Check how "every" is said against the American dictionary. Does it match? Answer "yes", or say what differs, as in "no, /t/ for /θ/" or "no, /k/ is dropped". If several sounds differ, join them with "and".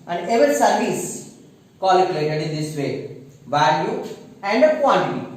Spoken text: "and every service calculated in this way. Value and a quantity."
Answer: no, /ɹ/ is dropped